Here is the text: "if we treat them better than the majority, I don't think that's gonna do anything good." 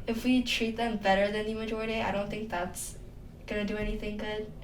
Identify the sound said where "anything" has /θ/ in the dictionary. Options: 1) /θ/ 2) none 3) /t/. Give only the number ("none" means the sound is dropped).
1